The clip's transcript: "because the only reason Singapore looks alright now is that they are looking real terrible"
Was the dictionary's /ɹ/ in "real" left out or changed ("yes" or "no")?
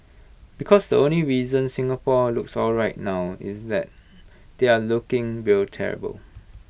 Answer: yes